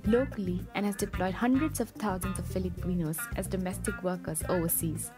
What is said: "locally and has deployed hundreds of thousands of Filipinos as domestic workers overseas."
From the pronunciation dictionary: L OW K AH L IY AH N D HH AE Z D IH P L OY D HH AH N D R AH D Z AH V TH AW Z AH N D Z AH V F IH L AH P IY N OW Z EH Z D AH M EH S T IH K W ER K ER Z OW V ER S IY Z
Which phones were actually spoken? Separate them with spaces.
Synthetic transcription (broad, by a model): L OW K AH L IY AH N HH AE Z D IH P L OY D HH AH N D R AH D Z AH V T AW Z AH N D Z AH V F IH L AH P IY N OW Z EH Z D AH M EH S T IH K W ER K ER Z OW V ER S IY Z